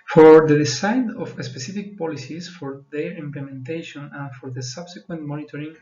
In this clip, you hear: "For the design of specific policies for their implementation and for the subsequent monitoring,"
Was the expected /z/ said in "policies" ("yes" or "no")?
no